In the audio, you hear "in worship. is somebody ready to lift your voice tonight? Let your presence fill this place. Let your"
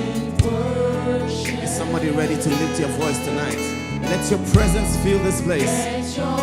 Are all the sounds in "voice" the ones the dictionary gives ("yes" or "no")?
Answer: yes